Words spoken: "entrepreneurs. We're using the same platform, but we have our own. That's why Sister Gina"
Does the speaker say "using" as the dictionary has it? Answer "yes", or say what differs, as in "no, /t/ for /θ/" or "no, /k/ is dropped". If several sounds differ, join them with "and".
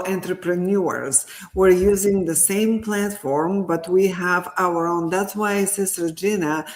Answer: yes